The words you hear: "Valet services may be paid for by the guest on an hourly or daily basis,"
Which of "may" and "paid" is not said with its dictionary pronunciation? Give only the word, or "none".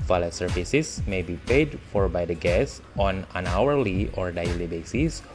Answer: none